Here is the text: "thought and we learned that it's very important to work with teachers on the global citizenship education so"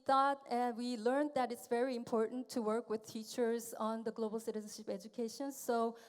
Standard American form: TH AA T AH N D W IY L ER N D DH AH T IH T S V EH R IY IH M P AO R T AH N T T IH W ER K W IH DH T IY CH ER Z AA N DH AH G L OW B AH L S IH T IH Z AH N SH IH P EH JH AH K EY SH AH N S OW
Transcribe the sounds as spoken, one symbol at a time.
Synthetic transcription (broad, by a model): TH AA T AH N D W IY L ER N DH AH T IH T S V EH R IY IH M P AO R T N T T IH W ER K W IH DH T IY CH ER Z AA N DH AH G L OW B L S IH T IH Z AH N SH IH P EH JH AH K EY SH AH N S OW